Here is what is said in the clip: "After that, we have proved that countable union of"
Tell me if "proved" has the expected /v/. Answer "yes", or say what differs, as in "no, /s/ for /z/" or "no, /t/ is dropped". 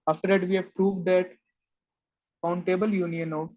yes